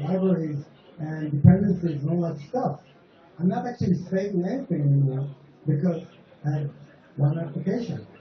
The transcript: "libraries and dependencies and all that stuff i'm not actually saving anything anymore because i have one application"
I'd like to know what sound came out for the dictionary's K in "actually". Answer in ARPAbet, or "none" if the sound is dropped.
K